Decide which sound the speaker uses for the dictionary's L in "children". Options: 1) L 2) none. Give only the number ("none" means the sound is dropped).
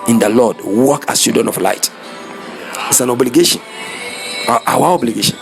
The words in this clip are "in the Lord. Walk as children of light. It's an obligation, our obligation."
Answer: 2